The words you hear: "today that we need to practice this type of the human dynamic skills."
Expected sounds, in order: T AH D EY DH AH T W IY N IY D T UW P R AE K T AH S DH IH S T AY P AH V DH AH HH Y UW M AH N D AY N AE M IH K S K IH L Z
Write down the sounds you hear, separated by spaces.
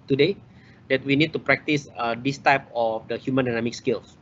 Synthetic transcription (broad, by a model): T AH D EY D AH T W IY N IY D T UW P R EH K T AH S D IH S T AY P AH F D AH HH Y UW M AH N D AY N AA M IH K S K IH L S